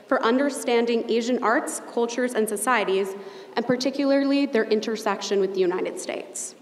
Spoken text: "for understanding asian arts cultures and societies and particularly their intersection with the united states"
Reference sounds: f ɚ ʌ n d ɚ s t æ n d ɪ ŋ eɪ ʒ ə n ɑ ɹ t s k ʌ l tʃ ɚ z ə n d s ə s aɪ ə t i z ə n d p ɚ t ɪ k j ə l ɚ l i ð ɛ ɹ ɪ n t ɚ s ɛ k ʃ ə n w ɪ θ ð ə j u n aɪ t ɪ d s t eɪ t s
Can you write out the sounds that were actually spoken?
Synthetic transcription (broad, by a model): f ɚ ʌ n d ɚ s t æ n d ɪ ŋ eɪ ʒ ə n ɑ ɹ t s k ʌ l tʃ ɚ z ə n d s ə s aɪ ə t i z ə n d p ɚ t ɪ k j l ɚ l i ð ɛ ɹ ɪ n t ɚ s ɛ k ʃ ə n w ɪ ð ə j u n aɪ t ɪ d s t eɪ t s